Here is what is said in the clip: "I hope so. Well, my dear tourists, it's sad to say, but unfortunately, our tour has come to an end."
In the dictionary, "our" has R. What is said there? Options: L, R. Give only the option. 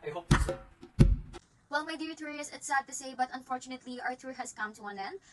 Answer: R